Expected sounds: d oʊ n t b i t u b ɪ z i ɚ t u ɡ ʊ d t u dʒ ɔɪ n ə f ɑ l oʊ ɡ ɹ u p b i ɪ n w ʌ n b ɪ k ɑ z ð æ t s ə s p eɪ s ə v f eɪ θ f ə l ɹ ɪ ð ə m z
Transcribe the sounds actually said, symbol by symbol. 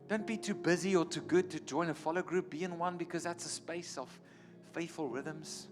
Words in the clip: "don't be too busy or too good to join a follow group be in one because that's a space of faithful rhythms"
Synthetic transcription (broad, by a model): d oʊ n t b i t u b ɪ z i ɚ t u ɡ ʊ d t u dʒ ɔɪ n ə f ɑ l oʊ ɡ ɹ u p b i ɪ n w ʌ n b ɪ k ɑ z ð æ t s ə s p eɪ s ə v f eɪ θ f ə l ɹ ɪ ð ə m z